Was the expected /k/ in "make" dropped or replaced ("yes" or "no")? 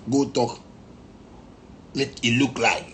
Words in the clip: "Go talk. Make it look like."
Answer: yes